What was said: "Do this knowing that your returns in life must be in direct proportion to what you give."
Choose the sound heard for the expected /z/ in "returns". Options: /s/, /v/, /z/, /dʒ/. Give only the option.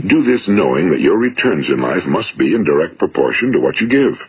/z/